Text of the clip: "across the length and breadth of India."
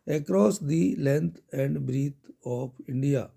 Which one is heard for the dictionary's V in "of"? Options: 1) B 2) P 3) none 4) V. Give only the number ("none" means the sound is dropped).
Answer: 2